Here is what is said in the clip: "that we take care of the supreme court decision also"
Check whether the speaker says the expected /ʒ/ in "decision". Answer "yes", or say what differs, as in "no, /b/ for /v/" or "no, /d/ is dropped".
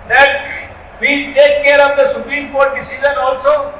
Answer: no, /z/ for /ʒ/